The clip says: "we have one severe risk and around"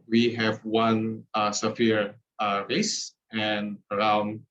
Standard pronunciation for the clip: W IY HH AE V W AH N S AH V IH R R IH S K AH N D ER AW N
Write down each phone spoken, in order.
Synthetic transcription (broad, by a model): W IY HH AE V W AH N S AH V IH R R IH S AH N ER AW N